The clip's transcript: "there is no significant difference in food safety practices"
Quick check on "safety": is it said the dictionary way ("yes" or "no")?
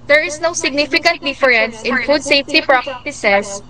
yes